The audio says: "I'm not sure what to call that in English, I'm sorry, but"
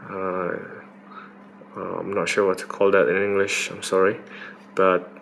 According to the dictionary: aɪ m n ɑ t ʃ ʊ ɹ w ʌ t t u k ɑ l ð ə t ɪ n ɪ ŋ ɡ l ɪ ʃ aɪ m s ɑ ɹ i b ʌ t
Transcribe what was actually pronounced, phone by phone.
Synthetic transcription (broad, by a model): aɪ m n ɑ t ʃ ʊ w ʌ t t u k ɑ l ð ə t ɪ n ɪ ŋ ɡ l ɪ ʃ aɪ m s ɑ ɹ i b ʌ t